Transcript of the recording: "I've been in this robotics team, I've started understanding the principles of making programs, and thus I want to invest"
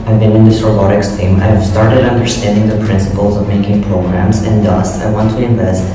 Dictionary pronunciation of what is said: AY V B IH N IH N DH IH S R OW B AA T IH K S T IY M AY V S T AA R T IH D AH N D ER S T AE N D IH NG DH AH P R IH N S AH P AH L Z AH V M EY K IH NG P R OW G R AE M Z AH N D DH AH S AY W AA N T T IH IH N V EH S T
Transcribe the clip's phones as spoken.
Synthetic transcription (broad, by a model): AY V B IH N IH N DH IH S R OW B AA T IH K S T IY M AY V S T AA R T IH D AH N D ER S T AE N D IH NG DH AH P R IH N S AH P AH L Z AH V M EY K IH NG P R OW G R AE M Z AH N D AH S AY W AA N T T IH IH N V EH S T